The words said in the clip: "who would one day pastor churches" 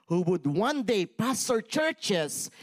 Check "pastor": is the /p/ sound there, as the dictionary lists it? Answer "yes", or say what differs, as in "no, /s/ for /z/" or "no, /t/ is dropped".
yes